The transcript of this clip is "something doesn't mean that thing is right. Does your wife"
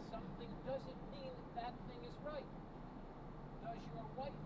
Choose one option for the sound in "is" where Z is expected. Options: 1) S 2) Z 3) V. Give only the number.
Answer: 2